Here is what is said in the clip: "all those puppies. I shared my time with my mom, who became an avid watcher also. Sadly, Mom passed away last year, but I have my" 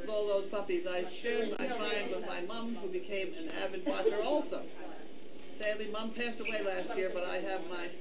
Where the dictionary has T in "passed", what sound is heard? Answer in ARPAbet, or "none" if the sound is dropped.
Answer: T